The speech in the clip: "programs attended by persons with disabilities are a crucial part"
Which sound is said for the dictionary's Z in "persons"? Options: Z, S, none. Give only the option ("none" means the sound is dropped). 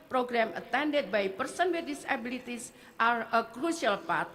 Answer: none